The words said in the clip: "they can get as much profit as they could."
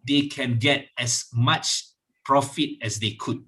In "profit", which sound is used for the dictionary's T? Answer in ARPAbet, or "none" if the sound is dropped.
T